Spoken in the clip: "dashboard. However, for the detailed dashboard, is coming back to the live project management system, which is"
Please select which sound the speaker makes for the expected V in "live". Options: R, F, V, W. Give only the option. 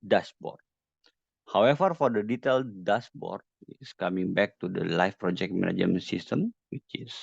F